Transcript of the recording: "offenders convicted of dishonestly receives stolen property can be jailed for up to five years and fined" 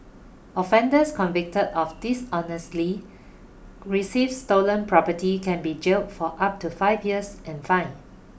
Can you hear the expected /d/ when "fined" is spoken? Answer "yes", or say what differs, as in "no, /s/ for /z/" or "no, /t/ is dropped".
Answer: no, /d/ is dropped